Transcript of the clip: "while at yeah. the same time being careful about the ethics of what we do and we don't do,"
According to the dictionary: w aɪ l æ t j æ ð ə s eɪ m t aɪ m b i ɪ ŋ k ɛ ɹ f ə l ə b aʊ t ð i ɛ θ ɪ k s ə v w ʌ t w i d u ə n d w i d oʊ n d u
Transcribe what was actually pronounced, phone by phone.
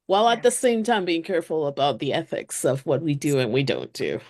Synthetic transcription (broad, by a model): w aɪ l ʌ t ð ə s eɪ m t aɪ m b i ɪ ŋ k ɛ ɹ f l ə b aʊ t ð i ɛ θ ɪ k s ə v w ʌ t w i d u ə n w i d oʊ n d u